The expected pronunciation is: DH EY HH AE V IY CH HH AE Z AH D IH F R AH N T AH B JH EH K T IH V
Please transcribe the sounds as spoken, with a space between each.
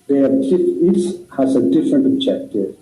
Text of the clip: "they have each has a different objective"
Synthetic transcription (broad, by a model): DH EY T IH F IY S HH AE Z AH D IH F R AH N T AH B JH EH K T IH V